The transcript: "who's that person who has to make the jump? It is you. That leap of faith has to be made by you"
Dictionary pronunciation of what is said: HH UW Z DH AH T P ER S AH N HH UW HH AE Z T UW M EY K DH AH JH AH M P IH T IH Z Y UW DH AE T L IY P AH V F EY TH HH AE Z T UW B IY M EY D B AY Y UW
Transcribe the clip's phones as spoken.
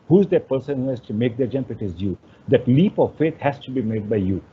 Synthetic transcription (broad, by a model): HH UW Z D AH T P ER S AH N HH UW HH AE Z T UW M EY K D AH JH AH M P IH T IH Z Y UW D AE T L IY P AH V F EY T HH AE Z T UW B IY M EY D B AY Y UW